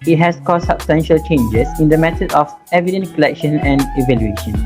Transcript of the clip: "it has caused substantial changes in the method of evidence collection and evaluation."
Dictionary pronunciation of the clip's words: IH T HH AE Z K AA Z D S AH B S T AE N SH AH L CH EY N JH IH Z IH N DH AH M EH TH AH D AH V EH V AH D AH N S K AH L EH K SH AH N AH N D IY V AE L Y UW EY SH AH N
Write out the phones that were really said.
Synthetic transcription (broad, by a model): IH T HH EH S K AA S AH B S T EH N SH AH L CH EY N JH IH S IH N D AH M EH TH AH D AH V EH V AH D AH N K AH L EH K SH AH N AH N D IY V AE L Y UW EY SH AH N